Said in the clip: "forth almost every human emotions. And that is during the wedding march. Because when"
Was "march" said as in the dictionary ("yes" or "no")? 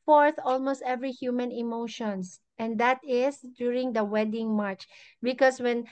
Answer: yes